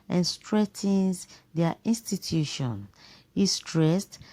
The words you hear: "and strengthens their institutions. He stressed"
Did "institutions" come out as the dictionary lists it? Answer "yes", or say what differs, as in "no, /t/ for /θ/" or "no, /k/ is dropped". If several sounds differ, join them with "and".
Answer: no, /z/ is dropped